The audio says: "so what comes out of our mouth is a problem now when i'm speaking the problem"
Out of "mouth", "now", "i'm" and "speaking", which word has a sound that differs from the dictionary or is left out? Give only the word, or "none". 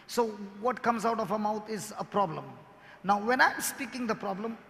mouth